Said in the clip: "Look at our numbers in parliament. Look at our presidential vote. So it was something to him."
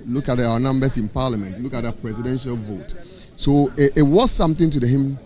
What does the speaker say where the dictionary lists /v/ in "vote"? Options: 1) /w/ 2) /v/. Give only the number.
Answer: 2